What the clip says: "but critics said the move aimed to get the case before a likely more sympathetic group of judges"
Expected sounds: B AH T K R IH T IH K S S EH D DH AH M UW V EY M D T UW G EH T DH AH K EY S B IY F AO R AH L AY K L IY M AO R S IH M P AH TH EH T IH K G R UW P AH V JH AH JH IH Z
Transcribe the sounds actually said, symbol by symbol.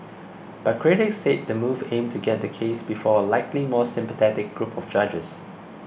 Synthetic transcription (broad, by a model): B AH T K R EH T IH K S S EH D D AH M UW V EY M T UW G EH T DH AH K EY S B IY F AO AH L AY K L IY M AO S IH M P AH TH EH T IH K G R UW P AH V JH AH JH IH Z